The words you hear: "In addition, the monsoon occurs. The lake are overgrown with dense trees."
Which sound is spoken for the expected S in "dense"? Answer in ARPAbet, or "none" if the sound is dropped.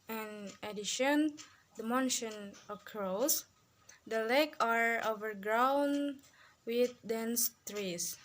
S